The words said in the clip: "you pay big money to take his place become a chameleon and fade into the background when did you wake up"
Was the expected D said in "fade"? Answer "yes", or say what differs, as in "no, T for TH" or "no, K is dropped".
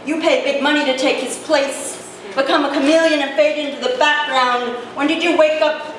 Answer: yes